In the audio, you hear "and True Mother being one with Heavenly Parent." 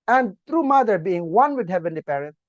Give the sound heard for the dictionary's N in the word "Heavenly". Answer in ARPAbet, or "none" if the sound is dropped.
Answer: N